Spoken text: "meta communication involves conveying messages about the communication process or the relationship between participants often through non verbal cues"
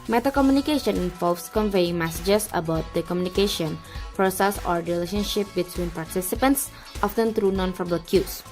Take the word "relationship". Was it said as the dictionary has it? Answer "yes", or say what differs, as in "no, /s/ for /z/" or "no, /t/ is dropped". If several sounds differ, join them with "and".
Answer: yes